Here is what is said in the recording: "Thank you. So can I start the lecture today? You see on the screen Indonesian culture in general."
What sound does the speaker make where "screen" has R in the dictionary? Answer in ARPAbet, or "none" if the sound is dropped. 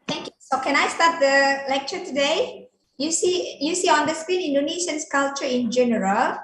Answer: R